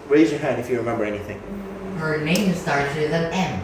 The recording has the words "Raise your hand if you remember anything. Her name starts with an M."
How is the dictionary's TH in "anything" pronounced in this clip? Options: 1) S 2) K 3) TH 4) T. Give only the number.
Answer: 3